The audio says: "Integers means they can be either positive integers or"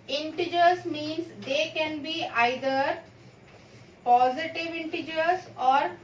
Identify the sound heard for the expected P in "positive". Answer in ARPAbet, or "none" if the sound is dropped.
P